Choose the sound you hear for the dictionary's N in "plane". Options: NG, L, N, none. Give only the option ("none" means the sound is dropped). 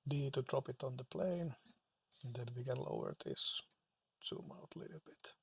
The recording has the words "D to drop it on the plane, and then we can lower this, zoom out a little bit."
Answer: none